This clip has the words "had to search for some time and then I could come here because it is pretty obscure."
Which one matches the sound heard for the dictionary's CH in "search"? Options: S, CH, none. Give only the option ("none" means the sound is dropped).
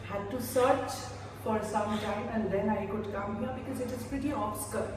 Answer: CH